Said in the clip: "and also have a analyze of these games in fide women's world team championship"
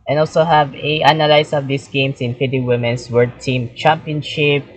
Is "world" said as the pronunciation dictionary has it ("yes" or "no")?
no